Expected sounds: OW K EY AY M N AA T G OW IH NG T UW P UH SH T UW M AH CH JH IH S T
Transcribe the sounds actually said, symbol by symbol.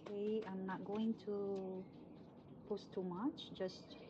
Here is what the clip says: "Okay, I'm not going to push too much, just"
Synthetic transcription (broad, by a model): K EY AY M N AA T G OW IH NG T UW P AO S T UW M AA CH JH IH S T